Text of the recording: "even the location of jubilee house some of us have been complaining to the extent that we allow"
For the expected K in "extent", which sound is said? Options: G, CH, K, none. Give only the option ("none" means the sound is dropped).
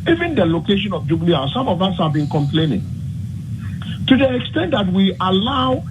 K